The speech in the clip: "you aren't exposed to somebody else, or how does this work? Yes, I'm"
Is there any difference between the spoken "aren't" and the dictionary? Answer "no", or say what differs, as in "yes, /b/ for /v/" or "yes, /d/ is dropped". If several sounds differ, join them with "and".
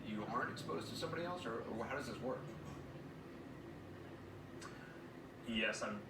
no